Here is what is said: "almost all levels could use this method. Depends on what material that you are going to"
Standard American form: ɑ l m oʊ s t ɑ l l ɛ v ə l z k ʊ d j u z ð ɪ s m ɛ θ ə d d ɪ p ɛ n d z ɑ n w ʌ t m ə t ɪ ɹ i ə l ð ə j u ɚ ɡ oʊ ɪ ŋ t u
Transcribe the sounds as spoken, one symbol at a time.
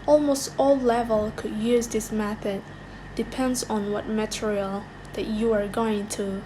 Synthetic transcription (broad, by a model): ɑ l m oʊ s t ɑ l l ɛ v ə l k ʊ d j u z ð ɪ s m ɛ θ ə d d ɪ p ɛ n d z n w ʌ t m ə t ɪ ɹ i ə l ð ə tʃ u ɚ ɡ oʊ ɪ ŋ t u